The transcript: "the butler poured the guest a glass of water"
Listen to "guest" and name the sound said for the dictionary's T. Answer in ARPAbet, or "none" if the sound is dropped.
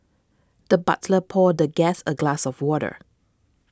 none